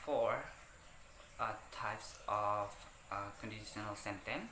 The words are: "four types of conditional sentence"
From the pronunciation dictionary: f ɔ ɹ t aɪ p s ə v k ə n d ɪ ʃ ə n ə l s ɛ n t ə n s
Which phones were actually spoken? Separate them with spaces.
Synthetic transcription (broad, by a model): f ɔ ɹ t aɪ p s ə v k ə n d ɪ ʃ ə n ə l s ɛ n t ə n